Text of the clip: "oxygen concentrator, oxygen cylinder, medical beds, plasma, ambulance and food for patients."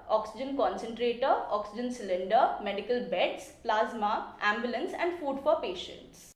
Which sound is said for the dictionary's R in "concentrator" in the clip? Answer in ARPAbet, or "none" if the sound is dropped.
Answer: R